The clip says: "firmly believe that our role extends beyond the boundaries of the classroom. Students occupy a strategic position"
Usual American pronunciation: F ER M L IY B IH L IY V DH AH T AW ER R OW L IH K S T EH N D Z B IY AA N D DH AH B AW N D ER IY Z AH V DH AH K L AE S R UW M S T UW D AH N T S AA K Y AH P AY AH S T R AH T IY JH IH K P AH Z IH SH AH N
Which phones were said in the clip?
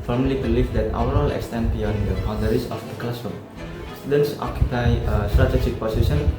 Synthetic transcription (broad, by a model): F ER M L IY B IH L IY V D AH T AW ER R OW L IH K S T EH N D B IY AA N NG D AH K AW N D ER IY S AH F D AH K L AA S UW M S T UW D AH N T S AA K Y AH P AY AH S T R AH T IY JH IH K P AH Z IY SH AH N